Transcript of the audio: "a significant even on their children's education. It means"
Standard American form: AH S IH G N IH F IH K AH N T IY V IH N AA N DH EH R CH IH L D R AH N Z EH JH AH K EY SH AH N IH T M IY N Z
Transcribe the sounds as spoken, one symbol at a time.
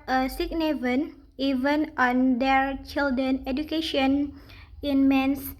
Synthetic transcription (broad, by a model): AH S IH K N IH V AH N IY V IH N AA N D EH R CH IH L D R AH N EH JH AH K EY SH AH N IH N M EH N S